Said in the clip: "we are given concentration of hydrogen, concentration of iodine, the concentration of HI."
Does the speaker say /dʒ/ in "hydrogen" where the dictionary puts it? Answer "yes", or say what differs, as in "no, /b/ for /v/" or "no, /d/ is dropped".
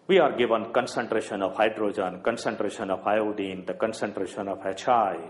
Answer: yes